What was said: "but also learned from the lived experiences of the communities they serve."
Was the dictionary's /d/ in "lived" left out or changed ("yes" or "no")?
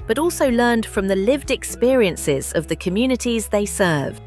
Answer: no